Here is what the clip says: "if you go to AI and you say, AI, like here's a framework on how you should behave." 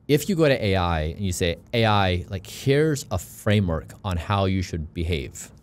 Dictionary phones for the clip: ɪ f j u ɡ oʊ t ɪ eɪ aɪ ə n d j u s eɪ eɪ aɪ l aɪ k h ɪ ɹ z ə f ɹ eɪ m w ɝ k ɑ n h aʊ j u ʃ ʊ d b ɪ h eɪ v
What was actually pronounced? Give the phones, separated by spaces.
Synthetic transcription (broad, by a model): ɪ f j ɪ ɡ oʊ t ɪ eɪ aɪ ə n j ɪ s eɪ eɪ aɪ l aɪ k h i ɹ z ə f ɹ eɪ m w ɝ k n h aʊ j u ʃ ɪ d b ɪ h eɪ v